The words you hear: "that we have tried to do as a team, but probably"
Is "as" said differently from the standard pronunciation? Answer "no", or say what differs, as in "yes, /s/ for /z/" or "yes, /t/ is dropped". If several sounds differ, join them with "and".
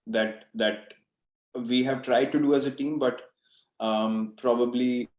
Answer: no